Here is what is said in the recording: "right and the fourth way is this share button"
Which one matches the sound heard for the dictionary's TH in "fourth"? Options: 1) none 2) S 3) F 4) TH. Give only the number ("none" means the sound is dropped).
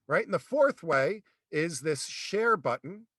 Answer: 4